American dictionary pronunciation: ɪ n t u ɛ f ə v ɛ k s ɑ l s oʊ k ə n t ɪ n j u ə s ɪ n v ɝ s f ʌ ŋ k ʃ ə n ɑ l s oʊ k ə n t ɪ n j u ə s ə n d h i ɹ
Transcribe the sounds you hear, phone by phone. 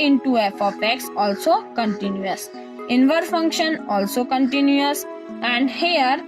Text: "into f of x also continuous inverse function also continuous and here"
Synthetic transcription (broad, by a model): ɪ n t u ɛ f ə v ɛ k s ɑ l s oʊ k ə n t ɪ n j u ə s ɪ n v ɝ f ʌ ŋ k ʃ ə n ɑ l s oʊ k ə n t ɪ n j u ə s ə n d h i ɹ